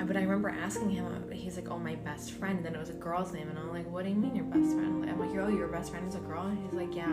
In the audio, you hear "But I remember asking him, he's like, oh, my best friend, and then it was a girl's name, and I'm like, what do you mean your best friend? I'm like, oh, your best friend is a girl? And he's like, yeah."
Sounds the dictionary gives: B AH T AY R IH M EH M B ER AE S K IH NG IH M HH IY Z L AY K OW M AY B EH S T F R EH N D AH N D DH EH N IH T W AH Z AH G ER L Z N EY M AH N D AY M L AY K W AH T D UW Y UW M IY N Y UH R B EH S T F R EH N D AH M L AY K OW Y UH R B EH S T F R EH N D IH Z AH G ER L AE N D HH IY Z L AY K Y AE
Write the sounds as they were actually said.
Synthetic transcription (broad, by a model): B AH T AY R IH M EH M B ER AE S K IH NG IH M HH IY Z L AY K OW M AY B EH S T F R EH N D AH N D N IH T W AH Z AH G ER L Z N EY M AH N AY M L AY K W AH T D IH Y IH M IY N Y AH R B EH S T F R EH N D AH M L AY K OW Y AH R B EH S T F R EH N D IH Z AH G ER L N HH IY Z L AY K Y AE